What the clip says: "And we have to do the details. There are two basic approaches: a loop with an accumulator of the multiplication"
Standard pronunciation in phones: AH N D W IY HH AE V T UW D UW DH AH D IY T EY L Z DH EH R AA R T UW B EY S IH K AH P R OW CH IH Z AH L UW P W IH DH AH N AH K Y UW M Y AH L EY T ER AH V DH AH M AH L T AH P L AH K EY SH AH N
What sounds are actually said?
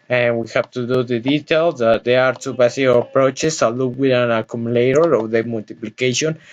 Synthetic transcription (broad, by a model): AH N W IY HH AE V T UW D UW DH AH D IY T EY L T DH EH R AA R T UW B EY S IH AH P R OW CH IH S AH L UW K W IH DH AH N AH K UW M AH L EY T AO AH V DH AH M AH L T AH P L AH K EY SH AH N